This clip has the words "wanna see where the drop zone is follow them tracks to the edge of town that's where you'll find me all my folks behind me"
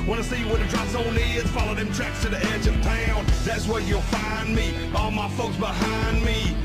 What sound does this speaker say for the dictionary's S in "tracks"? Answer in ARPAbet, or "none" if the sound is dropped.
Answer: S